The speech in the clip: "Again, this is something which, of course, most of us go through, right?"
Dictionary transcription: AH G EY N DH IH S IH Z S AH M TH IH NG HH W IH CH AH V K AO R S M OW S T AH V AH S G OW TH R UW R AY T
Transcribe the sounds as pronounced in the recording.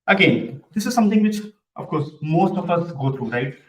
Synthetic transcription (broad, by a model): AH G EY N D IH S IH Z S AH M T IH NG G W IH CH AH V K AO R S M OW S T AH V AH S G OW T R UW R AY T